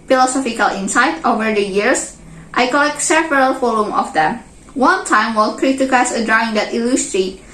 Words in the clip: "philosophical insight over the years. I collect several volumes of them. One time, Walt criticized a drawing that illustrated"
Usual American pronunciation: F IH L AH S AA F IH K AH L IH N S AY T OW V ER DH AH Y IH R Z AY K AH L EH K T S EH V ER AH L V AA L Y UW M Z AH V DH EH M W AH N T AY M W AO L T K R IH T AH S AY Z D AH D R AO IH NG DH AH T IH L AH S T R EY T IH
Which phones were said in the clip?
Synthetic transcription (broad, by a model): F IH L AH S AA F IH K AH L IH N S AY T OW V ER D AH Y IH R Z AY K AH L EH K T S EH V ER AH L F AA L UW M AH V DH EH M W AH N T AY M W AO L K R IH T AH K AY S AH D R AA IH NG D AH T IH L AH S T R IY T